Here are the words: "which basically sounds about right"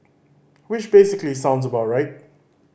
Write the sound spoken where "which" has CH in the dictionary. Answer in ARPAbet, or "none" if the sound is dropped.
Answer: SH